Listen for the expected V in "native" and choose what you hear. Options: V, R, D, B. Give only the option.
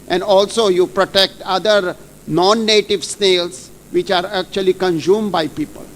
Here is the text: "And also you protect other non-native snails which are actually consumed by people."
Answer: V